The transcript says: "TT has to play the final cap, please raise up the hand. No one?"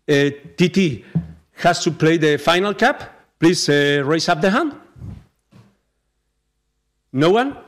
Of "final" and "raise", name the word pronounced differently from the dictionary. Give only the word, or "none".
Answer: raise